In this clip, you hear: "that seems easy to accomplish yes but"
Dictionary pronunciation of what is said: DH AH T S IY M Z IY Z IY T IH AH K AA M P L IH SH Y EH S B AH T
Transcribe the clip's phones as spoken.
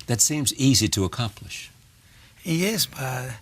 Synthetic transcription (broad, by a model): DH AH T S IY M Z IY Z IY T IH AH K AA M P L IH SH Y EH S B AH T